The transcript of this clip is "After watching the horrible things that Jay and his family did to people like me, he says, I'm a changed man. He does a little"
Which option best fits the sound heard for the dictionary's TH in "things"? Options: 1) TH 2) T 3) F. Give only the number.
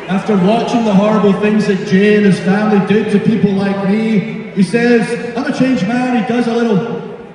1